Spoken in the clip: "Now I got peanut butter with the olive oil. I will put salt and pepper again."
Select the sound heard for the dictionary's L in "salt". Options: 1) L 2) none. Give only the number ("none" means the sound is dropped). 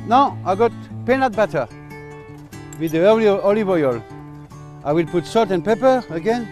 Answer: 2